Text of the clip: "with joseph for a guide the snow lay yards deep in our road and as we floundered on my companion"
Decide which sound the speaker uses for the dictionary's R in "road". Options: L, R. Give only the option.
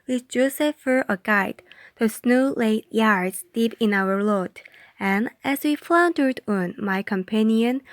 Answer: L